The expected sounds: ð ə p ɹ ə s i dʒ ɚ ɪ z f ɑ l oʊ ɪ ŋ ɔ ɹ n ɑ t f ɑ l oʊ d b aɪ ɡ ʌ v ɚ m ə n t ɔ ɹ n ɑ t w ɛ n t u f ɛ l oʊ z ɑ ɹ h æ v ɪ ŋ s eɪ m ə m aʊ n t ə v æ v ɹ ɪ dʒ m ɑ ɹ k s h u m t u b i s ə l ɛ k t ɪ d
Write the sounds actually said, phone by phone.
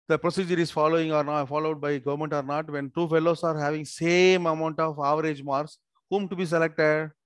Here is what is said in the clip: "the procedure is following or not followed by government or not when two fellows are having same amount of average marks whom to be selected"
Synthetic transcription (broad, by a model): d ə p ɹ ə s i dʒ ɚ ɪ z f ɑ l oʊ ɪ ŋ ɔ ɹ n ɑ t f ɑ l oʊ d b aɪ ɡ ʌ v ɚ m ə n t ɔ ɹ n ɑ t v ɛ n t u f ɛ l oʊ s ɑ ɹ h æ v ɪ ŋ s eɪ m ə m aʊ n t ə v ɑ v ɹ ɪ dʒ m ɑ ɹ s h u m t u b i s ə l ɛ k t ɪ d